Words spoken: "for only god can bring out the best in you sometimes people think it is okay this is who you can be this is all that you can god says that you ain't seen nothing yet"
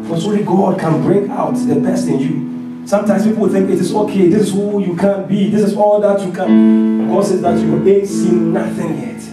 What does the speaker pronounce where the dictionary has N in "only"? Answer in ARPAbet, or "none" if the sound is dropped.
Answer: none